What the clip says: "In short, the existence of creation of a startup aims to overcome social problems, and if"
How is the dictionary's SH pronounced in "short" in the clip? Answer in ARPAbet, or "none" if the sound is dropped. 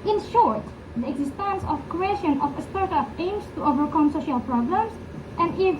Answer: SH